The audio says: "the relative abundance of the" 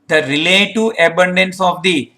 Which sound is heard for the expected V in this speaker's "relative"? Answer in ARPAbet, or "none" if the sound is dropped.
none